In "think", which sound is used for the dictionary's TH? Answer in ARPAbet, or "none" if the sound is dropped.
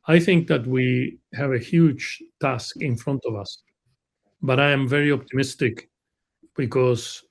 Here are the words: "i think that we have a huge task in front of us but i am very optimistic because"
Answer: TH